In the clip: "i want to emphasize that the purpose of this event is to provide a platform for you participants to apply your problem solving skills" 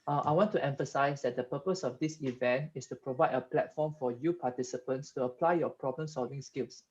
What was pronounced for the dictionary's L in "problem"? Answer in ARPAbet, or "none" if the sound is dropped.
L